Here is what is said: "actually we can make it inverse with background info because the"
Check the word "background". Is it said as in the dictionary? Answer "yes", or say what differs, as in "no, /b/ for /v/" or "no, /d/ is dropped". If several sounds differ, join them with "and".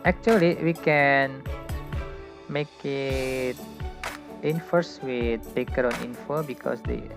no, /d/ is dropped